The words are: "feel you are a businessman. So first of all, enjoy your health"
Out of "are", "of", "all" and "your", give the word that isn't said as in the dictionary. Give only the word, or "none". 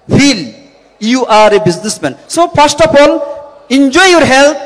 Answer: of